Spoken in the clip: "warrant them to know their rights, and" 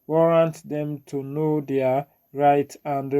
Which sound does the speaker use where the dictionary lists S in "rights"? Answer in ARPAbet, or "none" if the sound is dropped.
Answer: none